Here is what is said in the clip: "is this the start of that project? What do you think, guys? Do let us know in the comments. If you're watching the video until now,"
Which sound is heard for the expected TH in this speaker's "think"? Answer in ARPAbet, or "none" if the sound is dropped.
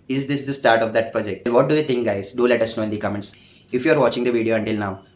T